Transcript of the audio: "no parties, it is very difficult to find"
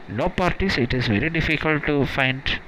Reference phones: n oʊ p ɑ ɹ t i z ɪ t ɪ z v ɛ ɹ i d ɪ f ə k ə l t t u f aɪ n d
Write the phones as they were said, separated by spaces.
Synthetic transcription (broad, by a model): n oʊ p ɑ ɹ t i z ɪ t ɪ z v ɛ ɹ i d ɪ f ə k ə l t t u f aɪ n d